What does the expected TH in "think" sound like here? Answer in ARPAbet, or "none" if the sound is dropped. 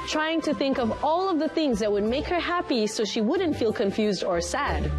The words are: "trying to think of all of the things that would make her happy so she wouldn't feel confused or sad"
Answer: TH